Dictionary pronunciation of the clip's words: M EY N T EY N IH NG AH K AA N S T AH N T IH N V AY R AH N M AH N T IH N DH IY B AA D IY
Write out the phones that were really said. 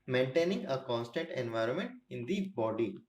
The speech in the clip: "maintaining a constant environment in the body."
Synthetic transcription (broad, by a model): M EY N T EY N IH NG AH K AA N S T AH N T IH N V AY R AH N M AH N T IH N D IY B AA D IY